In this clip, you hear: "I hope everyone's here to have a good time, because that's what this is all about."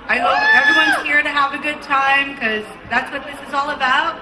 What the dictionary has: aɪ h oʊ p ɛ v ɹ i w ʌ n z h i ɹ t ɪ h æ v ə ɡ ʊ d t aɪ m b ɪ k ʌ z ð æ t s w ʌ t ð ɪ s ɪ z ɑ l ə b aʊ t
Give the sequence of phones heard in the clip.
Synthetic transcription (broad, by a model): aɪ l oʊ ɛ v ɹ i w ʌ n z h i ɹ t ɪ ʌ v ə ɡ ʊ d t aɪ m k ʌ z ð æ t s w ʌ t ð ɪ s ɪ z ɑ l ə b aʊ t